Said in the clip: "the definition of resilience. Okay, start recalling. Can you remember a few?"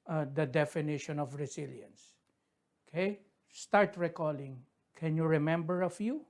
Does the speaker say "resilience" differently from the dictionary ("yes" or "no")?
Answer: yes